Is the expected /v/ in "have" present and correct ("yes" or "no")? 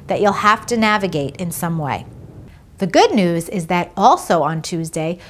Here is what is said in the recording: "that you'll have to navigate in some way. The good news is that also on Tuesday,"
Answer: no